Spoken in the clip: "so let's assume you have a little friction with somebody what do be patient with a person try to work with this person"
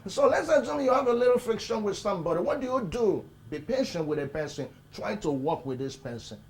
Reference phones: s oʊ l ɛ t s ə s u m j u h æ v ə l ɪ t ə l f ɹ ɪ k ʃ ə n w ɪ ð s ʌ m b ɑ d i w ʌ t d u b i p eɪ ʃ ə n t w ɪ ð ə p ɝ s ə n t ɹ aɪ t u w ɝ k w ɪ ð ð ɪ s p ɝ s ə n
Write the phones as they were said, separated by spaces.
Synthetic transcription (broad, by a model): s oʊ l ɛ t s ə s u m j u h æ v ə l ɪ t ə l f ɹ ɪ k ʃ ə n w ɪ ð s ʌ m b ɑ d i w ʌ t d u b i p eɪ ʃ ə n t w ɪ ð ə p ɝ s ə n t ɹ aɪ t u w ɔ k w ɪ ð ð ɪ s p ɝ s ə n